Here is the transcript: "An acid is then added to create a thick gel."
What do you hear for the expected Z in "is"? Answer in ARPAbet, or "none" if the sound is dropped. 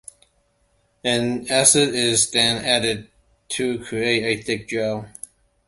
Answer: Z